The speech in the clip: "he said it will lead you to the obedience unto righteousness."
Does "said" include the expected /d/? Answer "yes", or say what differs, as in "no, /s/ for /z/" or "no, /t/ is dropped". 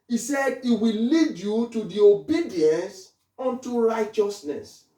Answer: yes